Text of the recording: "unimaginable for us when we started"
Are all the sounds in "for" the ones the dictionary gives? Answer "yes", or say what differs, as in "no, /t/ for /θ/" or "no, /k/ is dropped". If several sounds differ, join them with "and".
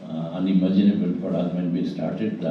no, /p/ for /f/